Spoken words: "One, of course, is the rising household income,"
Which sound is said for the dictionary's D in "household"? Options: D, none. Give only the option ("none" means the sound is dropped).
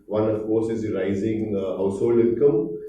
none